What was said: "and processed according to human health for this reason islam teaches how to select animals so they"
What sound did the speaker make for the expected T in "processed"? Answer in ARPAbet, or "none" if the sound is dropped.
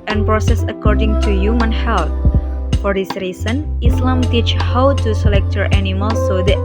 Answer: none